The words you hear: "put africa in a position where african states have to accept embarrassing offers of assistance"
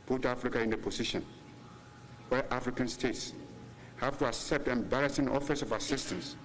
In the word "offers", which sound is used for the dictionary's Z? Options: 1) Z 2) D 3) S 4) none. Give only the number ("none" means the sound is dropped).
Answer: 3